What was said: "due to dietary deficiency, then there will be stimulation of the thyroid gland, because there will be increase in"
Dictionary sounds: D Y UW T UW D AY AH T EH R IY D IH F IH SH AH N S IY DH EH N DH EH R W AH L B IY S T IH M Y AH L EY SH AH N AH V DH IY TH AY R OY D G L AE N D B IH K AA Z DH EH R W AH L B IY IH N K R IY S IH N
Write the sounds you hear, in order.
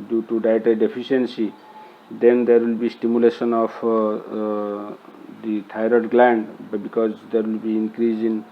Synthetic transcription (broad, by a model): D Y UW T UW D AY T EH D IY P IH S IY AH N S IY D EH N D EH R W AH L B IY S T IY M Y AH L EY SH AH N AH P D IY T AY R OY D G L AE N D B IH K AA Z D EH R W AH L B IY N K R IY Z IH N